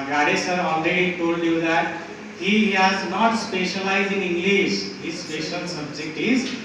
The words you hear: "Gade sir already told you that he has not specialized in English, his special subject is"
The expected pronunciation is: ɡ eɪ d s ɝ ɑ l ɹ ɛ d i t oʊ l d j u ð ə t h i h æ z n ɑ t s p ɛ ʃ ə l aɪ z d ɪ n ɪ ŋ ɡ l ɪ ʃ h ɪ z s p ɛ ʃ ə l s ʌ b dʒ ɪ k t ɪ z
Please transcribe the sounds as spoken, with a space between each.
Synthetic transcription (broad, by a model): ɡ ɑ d s ɝ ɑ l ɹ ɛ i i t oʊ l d j u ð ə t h i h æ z n ɑ t s p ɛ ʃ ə l aɪ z ɪ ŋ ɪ ŋ ɡ l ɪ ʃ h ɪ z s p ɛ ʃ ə l s ʌ b dʒ ɪ k t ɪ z